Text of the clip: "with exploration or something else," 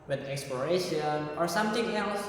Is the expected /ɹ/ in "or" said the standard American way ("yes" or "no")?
yes